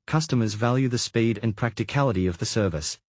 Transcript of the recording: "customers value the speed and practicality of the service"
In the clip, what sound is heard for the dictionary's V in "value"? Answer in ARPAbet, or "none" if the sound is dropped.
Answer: V